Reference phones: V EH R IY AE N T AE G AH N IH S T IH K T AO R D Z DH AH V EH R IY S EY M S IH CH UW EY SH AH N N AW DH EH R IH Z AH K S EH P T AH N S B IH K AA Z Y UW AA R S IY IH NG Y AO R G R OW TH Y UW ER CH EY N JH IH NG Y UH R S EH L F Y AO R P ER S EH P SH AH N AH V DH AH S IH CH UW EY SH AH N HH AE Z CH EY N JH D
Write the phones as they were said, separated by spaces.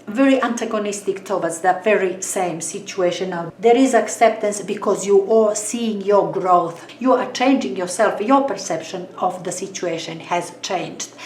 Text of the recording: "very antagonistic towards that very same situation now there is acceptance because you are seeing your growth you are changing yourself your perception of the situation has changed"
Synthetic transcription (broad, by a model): V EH R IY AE N T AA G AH N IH S T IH K T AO W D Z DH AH V EH R IY S EY M S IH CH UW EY SH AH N N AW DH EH R IH Z AH K S EH P T AH N S B IH K AA Z Y UW AA R S IY IH NG Y AO R G R OW TH Y UW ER CH EY N JH IH NG Y UH R S EH L F Y AO R P ER S EH P SH AH N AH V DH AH S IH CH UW EY SH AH N HH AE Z CH EY N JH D